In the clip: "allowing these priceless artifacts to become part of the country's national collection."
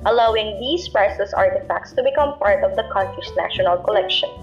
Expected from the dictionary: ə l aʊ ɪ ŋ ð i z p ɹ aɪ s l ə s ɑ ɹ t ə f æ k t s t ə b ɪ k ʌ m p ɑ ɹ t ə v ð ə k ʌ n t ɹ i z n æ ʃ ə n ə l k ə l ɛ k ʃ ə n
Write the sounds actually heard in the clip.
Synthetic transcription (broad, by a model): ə l aʊ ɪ ŋ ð i s p ɹ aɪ s ə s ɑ ɹ t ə f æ k t s t ə b ɪ k ʌ m p ɑ ɹ t ə v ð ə k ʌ n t ɹ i s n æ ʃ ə n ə l k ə l ɛ k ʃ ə n